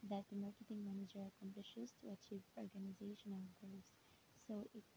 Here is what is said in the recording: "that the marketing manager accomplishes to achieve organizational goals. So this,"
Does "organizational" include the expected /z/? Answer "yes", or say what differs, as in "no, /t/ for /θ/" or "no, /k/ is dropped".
yes